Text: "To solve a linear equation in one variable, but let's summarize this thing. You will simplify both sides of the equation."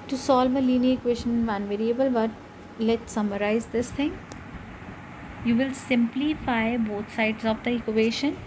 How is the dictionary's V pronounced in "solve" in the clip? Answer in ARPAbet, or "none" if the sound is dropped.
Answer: V